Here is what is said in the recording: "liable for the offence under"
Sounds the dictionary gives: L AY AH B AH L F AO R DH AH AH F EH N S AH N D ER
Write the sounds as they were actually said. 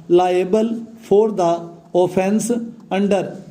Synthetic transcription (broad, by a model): L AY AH B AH L P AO R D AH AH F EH N S AH N D ER